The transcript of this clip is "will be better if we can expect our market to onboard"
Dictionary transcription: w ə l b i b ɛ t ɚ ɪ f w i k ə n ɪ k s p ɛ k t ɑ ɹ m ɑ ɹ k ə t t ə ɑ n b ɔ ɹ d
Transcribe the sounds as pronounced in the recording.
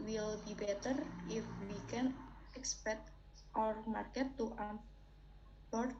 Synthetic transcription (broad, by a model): w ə l b i b ɛ t ɚ ɪ f w i k ə n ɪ k s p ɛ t t ɑ ɹ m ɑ ɹ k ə t t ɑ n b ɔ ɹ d